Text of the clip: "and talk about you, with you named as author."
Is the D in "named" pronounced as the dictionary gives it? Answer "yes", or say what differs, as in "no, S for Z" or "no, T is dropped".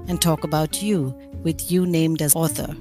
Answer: yes